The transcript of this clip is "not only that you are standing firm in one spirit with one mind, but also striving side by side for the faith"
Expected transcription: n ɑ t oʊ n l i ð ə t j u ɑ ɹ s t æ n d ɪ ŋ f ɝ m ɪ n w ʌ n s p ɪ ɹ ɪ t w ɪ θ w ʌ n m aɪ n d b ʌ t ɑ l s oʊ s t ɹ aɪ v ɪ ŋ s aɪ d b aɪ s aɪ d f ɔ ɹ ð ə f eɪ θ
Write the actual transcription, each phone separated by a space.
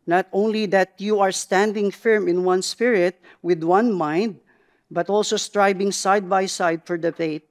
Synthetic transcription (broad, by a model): n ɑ t oʊ n l i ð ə t j u ɑ ɹ s t æ n d ɪ ŋ f ɝ m ɪ n w ʌ n s p ɪ ɹ ɪ t w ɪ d w ʌ n m aɪ n d b ʌ t ɑ l s oʊ s t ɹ aɪ b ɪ ŋ s aɪ d b aɪ s aɪ d f ɔ ɹ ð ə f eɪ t